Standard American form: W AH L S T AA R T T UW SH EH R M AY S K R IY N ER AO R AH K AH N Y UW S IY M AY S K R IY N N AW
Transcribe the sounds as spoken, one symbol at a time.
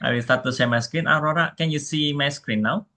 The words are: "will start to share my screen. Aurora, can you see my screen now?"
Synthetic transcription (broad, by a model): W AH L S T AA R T T UW S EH M AY S K R IY N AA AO R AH K AH N Y UW S IY M AY S K R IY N N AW